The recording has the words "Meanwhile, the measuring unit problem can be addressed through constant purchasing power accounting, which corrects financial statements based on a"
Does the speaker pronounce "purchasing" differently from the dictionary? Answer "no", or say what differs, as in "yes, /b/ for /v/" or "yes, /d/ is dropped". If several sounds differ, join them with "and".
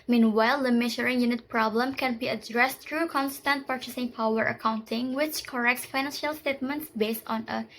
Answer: no